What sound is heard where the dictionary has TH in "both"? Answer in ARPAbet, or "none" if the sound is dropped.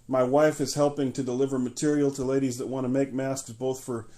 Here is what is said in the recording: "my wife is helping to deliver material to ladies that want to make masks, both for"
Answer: TH